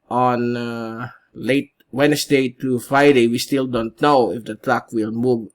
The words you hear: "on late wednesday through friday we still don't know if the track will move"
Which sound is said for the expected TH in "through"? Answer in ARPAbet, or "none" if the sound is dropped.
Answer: T